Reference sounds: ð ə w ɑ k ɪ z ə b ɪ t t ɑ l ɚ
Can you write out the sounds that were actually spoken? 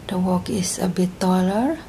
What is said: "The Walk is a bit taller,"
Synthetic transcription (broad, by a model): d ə w ɑ k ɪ s ə b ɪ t t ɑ l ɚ